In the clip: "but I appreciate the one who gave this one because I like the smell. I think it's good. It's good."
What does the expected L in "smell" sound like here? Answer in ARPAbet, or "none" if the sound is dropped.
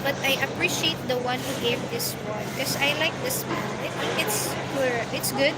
N